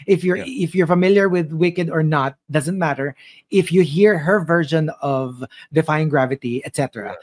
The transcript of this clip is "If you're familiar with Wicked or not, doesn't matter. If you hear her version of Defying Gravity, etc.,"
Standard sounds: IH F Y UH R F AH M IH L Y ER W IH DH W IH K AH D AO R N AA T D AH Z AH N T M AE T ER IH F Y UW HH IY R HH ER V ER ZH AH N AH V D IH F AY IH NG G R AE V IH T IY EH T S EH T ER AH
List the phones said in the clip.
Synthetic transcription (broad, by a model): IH F Y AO R F AH M IH L Y ER W IH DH W IH K AH D AO R N AA T D AH Z AH N T M AE T ER IH F Y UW HH IY R HH ER V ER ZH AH N AH V D IH F AY IH NG G R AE V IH T IY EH T S EH T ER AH